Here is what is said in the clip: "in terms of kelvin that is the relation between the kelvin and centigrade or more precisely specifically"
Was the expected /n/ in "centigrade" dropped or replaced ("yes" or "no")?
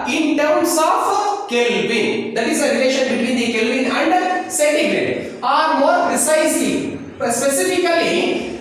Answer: yes